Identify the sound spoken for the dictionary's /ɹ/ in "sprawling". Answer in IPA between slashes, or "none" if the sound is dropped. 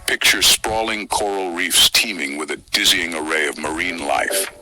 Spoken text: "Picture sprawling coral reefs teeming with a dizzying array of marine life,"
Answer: /ɹ/